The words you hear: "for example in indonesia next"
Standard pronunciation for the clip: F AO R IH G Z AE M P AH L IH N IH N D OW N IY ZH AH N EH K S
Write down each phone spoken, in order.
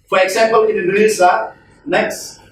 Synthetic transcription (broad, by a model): F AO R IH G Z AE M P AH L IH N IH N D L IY Z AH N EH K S